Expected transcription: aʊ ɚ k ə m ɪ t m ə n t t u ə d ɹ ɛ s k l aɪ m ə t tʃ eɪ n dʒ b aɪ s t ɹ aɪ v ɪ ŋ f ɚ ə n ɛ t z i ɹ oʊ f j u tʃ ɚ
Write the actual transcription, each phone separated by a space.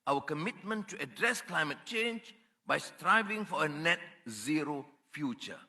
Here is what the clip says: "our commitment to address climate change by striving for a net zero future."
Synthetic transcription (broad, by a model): aʊ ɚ k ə m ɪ t m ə n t t u ə d ɹ ɛ s k l aɪ m ə t tʃ eɪ n dʒ b aɪ s t ɹ aɪ v ɪ ŋ f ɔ ə n ɛ t z i ɹ oʊ f j u tʃ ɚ